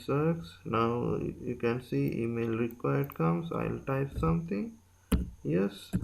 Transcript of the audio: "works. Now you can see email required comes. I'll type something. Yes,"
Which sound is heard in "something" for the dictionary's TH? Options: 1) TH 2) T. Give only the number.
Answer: 2